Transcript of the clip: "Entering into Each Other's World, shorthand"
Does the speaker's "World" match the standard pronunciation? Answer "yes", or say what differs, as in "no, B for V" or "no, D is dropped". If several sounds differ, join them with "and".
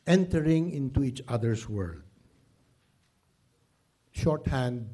yes